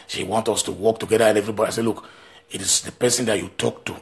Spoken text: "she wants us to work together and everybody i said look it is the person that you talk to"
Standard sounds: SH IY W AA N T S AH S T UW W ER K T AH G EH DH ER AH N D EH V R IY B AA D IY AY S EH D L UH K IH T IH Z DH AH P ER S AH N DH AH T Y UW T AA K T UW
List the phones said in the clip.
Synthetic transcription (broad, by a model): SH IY W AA N T AO S T UW W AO K T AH G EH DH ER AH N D EH V R IY B AA D IY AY S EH L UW K IH T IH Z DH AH P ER S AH N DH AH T Y UW T AA K T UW